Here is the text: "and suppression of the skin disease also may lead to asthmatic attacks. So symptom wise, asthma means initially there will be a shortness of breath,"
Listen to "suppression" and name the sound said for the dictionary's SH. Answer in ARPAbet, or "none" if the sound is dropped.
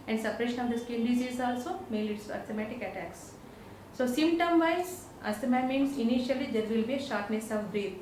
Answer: SH